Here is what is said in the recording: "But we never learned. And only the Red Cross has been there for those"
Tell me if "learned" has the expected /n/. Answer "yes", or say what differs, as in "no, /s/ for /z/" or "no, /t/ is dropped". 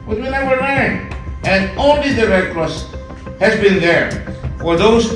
no, /n/ is dropped